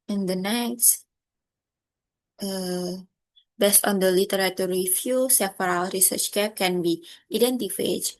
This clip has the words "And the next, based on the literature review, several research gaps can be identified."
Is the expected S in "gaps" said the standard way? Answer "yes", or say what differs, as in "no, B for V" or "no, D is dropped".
no, S is dropped